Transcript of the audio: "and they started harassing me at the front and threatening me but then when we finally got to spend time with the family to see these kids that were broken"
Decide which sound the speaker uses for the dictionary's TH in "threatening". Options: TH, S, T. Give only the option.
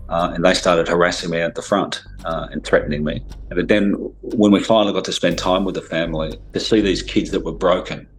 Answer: TH